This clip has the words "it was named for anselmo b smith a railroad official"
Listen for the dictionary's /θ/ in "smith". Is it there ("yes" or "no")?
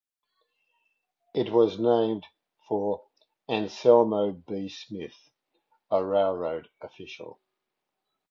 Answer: yes